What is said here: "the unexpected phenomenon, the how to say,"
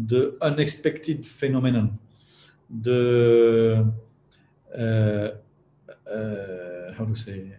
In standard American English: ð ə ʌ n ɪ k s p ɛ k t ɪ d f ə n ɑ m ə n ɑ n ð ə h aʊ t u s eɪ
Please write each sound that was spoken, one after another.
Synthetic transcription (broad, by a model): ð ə ʌ n ɪ k s p ɛ k t ɪ d f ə n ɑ m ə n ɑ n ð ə h aʊ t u s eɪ